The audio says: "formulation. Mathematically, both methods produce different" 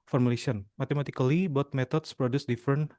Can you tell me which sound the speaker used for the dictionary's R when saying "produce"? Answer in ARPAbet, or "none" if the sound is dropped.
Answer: R